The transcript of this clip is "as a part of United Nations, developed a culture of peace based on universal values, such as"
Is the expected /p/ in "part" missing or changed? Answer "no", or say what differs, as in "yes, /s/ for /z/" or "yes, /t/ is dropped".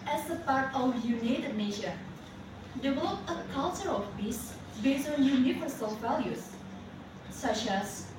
no